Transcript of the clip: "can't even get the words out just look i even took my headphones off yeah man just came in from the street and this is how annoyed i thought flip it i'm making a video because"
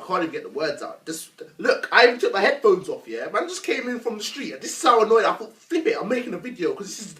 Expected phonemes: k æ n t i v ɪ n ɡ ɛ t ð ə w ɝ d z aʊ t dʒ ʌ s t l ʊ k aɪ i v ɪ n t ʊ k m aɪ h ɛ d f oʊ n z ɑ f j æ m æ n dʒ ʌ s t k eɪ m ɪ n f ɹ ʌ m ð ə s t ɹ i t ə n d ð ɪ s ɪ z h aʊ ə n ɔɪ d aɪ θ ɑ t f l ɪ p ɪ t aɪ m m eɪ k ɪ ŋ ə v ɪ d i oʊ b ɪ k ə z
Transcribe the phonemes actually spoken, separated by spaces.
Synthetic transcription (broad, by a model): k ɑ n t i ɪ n ɡ ɛ t ð ə w ɝ d z aʊ t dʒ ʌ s l ʊ k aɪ ɪ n t ʊ k m aɪ h ɛ d f oʊ n z ɑ f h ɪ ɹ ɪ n dʒ ʌ s k eɪ m ɪ n f ɹ ʌ m ð ə s t ɹ i t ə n ð ɪ s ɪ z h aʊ ə n ɔɪ d aɪ f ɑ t f l ɪ p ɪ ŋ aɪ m m eɪ k ɪ ŋ ə v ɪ d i oʊ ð ɪ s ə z